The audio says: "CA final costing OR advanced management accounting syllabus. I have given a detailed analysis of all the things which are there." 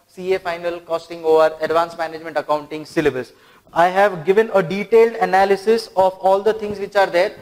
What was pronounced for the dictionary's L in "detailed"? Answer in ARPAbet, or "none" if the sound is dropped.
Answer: L